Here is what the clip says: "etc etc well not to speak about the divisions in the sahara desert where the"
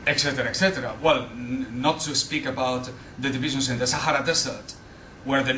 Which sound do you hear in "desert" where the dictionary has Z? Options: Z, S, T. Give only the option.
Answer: S